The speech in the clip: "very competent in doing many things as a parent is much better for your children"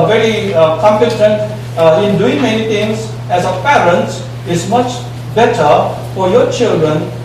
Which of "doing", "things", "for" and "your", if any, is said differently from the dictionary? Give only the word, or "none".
things